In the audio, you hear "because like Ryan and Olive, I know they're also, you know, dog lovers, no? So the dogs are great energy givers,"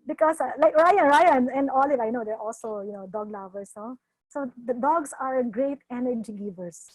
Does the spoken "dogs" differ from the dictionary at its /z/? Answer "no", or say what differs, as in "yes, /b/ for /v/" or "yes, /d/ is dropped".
yes, /s/ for /z/